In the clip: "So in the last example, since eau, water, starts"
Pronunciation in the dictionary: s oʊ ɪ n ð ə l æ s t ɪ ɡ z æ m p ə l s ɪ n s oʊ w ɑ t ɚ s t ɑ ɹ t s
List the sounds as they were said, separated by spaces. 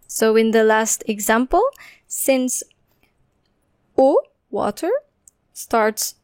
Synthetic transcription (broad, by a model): s oʊ ɪ n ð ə l æ s t ɪ ɡ z æ m p ə l s ɪ n s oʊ w ɑ t ɚ s t ɑ ɹ t s